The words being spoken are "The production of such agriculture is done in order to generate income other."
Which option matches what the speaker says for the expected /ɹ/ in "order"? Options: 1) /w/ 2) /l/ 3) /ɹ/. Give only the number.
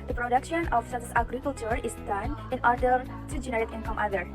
3